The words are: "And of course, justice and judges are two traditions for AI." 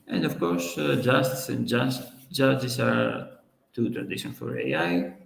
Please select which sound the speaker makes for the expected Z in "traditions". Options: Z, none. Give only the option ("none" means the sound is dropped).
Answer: none